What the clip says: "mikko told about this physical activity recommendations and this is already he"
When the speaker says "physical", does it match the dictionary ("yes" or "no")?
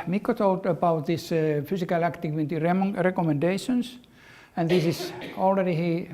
no